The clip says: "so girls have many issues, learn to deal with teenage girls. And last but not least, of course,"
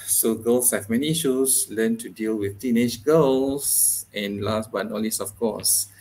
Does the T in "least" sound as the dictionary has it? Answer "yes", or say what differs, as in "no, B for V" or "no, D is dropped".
no, T is dropped